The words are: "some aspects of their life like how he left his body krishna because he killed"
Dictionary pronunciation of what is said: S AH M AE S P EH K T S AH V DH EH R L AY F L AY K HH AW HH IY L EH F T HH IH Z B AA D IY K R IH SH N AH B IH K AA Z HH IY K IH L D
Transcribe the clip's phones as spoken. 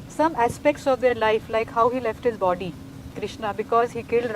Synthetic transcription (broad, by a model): S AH M AE S P EH K T S AH V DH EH R L AY F L AY K HH AW HH IY L EH F T HH IH Z B AA D IY K R IH SH N AH B IH K AA Z HH IY K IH L D